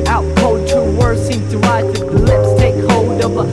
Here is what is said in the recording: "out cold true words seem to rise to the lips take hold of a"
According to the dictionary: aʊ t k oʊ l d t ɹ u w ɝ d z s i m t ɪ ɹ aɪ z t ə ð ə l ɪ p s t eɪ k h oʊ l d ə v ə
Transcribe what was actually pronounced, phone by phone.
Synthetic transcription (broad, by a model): aʊ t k oʊ d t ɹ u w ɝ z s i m t ɪ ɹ aɪ t ð ə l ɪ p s t eɪ k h oʊ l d ə v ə